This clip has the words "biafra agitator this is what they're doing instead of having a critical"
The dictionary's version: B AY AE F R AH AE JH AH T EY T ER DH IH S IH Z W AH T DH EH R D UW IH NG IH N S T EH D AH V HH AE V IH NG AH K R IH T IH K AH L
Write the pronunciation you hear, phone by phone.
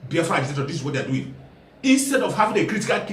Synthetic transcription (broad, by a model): B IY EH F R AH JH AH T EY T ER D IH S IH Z W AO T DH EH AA D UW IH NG IH N S T EH D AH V HH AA V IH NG AH K R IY T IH K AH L